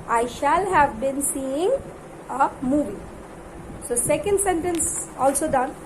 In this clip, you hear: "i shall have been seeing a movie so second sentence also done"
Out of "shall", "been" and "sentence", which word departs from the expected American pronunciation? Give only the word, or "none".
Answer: none